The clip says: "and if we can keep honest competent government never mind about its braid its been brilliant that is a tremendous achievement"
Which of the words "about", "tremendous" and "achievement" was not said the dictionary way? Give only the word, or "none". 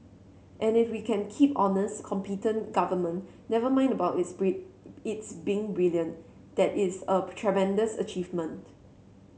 about